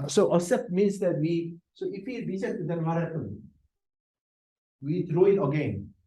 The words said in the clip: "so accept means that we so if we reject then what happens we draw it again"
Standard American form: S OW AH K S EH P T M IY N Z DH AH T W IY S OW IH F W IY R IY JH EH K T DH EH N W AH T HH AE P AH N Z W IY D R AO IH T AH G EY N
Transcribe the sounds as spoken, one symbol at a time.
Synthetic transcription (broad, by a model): S OW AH S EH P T M IY N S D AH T W IY S OW IH F W IY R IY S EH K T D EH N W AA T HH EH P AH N W IY D R AO IH T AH G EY N